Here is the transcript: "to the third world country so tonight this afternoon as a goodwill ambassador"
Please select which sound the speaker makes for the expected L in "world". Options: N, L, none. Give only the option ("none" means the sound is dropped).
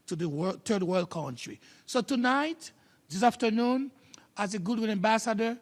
L